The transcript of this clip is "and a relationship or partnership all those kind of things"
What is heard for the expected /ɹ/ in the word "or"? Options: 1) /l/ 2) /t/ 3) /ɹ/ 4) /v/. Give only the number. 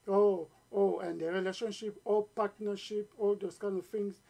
1